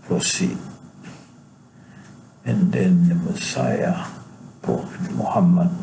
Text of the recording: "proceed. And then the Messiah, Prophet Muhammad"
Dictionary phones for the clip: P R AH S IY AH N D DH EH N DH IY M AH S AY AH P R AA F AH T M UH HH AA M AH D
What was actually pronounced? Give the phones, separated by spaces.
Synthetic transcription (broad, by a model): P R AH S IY AH N D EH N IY M AH S AY AH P AA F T M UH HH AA M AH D